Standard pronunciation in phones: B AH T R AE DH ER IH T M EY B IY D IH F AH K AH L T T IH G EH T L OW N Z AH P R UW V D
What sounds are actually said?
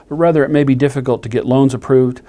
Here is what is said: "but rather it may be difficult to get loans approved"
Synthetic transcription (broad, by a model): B AH T R AE DH ER IH T M EY B IY D IH F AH K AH L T T IH G EH T L OW N Z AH P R UW V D